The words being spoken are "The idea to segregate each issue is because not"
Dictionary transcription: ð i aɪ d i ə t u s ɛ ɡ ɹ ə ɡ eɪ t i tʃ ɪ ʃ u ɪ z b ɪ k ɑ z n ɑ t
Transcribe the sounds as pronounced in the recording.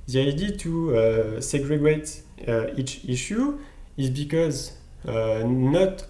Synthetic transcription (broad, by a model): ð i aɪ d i t u s ɛ ɡ ɹ ə ɡ eɪ t i tʃ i ʃ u ɪ z b ɪ k ɑ z n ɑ t